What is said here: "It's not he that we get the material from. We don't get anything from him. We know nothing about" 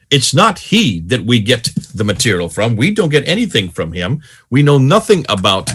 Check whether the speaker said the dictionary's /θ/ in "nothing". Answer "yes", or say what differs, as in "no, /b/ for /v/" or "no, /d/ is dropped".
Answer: yes